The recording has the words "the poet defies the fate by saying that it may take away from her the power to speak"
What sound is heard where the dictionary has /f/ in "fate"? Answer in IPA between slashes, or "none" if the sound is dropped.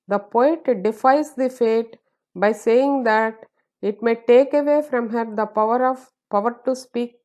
/f/